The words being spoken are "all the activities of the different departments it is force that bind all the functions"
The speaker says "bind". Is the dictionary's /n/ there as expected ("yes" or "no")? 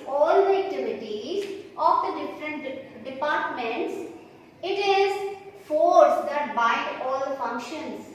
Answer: no